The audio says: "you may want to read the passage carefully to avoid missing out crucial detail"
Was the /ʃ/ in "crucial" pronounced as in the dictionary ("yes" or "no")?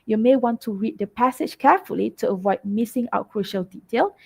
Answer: yes